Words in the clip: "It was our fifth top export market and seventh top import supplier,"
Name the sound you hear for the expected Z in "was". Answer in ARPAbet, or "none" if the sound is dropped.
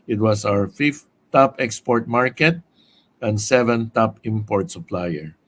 S